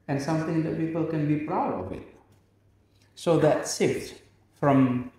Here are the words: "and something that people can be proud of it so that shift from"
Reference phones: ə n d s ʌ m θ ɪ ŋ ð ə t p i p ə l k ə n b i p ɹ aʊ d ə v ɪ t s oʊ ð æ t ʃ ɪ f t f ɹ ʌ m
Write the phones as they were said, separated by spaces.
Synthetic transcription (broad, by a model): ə n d s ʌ m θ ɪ ŋ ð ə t p i p ə l k ə n b i p ɹ aʊ d ə v ɪ t s oʊ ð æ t s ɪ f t f ɹ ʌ m